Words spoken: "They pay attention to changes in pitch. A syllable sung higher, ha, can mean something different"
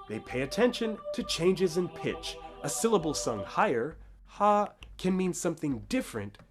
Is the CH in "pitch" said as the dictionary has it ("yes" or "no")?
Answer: yes